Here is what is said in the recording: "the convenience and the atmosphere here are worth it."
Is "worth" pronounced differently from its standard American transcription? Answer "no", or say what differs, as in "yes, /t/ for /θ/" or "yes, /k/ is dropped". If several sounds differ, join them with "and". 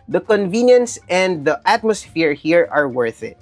no